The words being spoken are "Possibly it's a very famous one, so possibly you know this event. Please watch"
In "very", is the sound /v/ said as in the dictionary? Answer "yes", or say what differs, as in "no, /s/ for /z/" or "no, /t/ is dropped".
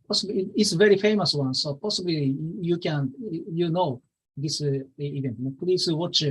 yes